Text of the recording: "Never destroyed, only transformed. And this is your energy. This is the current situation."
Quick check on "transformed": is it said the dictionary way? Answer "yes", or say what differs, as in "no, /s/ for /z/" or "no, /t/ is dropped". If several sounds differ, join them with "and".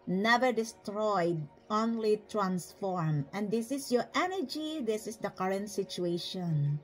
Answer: no, /d/ is dropped